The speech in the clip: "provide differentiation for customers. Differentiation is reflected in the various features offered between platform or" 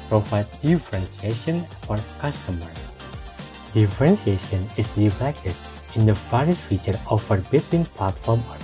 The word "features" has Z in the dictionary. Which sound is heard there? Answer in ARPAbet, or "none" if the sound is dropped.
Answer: none